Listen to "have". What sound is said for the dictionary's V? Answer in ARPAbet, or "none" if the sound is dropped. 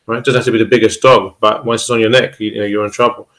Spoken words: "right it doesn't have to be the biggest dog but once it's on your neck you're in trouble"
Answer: F